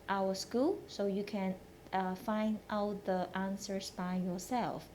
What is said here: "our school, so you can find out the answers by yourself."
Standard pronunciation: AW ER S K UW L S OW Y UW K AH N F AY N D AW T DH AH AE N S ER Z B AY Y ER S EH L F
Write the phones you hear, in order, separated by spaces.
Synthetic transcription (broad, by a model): AW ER S K UW L S OW Y UW K AH N F AY N D AW T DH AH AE N S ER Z B AY Y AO S EH L F